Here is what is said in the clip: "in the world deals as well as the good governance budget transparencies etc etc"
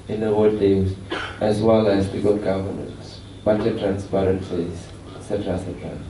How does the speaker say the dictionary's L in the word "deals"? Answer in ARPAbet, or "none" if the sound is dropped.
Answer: none